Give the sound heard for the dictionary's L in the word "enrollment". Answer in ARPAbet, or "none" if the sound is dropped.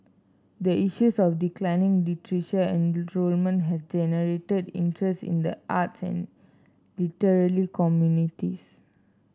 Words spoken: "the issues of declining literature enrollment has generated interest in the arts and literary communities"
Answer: L